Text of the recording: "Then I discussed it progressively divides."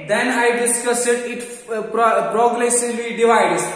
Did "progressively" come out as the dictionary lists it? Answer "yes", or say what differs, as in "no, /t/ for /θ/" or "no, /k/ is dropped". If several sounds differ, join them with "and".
no, /v/ is dropped